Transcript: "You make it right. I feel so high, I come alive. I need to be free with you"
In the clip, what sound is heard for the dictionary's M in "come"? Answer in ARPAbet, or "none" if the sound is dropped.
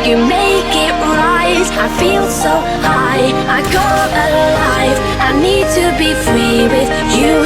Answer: none